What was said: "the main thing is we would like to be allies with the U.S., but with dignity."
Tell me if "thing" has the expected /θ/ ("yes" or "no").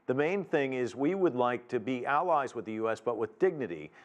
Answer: yes